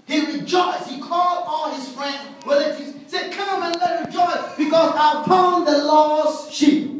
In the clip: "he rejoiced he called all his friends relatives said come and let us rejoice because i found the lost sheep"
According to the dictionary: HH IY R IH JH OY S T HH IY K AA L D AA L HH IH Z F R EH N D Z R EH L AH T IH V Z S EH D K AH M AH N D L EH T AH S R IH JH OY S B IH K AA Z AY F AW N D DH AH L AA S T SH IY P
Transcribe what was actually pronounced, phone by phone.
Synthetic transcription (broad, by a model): HH IY R IH JH OY S T HH IY K AA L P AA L HH IH Z F R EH N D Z W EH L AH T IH Z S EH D K AH M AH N L EH T R IH JH OY S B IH K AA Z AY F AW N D DH AH L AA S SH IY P